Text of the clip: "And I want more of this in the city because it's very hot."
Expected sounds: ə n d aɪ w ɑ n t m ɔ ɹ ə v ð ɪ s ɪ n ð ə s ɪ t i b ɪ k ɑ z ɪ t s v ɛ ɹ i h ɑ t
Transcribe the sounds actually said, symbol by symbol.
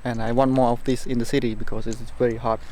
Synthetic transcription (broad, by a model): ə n aɪ w ɑ n t m ɔ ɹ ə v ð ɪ s ɪ n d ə s ɪ t i b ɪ k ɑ s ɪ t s v ɛ ɹ i h ɑ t